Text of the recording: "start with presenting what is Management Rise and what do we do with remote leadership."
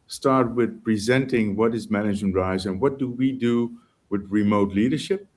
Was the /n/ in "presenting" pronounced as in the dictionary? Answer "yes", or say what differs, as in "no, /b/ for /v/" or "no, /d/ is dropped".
yes